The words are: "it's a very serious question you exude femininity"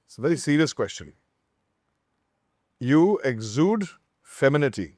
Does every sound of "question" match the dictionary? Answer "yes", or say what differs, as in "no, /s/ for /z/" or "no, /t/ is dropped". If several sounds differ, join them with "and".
yes